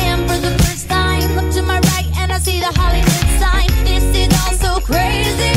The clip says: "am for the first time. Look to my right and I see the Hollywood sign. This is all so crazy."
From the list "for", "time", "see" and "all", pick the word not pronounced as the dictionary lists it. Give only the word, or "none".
all